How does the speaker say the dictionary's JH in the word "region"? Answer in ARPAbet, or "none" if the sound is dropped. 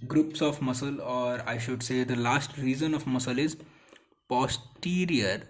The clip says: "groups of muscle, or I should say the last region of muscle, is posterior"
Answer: Z